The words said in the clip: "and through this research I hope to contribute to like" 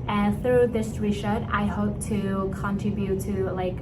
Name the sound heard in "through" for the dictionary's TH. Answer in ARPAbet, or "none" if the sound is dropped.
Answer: TH